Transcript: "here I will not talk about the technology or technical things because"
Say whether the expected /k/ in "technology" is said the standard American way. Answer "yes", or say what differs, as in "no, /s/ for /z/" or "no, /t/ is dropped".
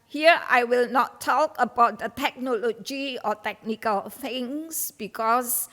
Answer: yes